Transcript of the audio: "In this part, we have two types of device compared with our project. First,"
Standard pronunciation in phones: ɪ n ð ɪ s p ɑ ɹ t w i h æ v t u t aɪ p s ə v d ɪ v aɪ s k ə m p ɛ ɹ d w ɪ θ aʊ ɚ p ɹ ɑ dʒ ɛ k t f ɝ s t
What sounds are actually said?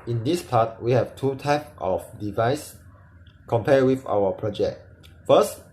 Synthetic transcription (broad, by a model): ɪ n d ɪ s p ɑ t w i h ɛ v t u t aɪ p ə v d ɪ v aɪ s k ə m p ɛ w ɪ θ aʊ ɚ p ɹ ɑ dʒ ɛ k t f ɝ s t